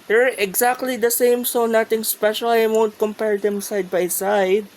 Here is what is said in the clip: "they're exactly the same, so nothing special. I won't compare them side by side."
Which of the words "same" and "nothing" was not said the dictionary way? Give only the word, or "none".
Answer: nothing